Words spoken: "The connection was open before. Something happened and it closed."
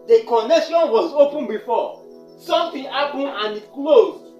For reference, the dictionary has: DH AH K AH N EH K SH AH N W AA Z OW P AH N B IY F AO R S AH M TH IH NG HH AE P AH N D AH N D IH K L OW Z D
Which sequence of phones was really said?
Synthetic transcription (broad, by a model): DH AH K AH N EH K SH AH N W AA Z OW P AH N B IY F AO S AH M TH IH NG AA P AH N AH N D IH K L OW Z